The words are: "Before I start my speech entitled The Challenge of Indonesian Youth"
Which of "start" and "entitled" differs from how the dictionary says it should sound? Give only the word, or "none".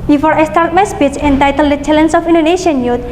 none